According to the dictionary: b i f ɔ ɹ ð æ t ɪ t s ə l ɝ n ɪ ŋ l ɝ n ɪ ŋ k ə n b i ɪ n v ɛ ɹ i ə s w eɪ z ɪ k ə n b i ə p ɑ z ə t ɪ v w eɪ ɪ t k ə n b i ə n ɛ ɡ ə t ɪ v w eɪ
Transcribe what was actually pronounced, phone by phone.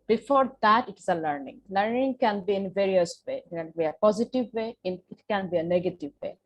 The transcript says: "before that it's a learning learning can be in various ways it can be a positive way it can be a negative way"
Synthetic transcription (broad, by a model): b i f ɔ ɹ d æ t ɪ t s ə l ɝ n ɪ ŋ l ɝ n ɪ ŋ k ə n b i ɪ n v ɛ ɹ i ə s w eɪ ɪ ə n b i ə p ɑ z ə t ɪ v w eɪ ɪ t k ə n b i ə n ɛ ɡ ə t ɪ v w eɪ